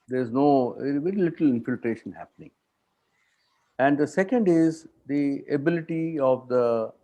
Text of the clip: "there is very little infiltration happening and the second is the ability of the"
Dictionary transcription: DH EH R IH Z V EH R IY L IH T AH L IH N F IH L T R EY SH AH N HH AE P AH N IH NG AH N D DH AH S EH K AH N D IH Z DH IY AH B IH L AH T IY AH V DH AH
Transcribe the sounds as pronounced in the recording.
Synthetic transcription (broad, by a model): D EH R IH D V EH R IY L IH T AH L IH N F IH L T R EY SH AH N HH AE P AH N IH NG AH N D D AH S EH K AH N D IH Z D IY AH B IH L AH T IY AH V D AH